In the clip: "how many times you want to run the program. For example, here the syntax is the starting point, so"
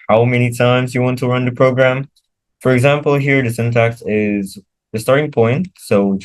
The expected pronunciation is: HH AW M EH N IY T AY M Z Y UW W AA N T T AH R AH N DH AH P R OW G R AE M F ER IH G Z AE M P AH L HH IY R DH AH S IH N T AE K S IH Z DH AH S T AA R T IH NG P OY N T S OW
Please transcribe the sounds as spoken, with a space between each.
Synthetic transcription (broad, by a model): HH AW M EH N IY T AY M Z Y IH W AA N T T AH R AH N DH AH P R OW G R AE M F ER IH G Z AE M P L HH IY R DH AH S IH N T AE K S IH Z DH AH S T AA R T IH NG P OY N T S OW